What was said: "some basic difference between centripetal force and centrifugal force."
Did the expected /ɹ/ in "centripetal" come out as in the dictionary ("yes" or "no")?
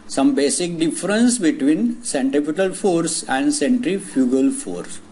no